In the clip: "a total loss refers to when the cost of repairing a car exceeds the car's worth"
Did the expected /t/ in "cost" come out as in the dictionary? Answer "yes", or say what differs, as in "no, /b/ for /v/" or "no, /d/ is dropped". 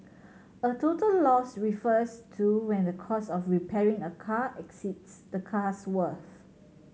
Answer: no, /t/ is dropped